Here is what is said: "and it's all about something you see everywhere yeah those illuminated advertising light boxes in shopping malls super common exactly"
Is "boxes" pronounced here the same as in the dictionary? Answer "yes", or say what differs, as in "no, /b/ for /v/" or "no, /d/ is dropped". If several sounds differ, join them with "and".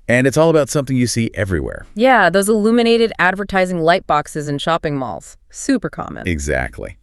yes